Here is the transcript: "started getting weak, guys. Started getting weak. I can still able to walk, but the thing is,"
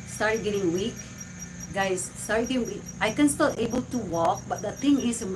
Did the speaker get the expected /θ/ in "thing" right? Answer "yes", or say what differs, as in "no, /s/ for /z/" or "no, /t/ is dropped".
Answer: no, /t/ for /θ/